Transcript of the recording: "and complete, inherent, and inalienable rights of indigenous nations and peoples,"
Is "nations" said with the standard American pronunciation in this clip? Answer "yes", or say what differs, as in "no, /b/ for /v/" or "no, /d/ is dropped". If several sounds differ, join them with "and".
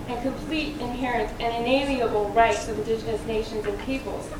yes